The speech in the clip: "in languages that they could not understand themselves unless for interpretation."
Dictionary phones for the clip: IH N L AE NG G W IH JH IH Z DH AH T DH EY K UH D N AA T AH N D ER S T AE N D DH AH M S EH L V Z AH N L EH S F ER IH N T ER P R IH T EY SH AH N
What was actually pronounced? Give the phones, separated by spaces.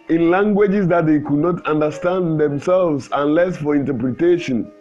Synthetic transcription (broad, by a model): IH N L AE NG G W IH JH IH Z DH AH T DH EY K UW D N AA T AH N D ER S T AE N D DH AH M S EH L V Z AH N L EH S F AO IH N T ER P R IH T EY SH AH N